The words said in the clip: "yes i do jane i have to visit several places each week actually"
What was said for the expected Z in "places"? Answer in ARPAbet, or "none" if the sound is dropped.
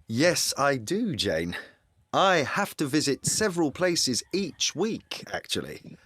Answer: Z